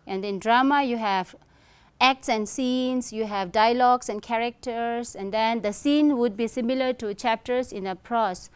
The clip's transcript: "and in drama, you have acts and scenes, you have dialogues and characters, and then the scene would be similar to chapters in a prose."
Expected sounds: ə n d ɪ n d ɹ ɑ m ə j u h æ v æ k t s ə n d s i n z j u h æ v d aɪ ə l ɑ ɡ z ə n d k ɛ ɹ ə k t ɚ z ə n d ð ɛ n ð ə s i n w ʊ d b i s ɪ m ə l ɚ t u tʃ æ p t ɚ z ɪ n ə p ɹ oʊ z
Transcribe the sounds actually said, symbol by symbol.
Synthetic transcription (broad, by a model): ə n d ɪ n d ɹ ɑ m ə j u h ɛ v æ k t s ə n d s i n s j u h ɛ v d aɪ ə l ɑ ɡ s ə n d k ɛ ɹ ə k t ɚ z ə n d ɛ n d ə s i n w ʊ d b i s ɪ m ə l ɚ t u tʃ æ p t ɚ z ɪ n ə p ɹ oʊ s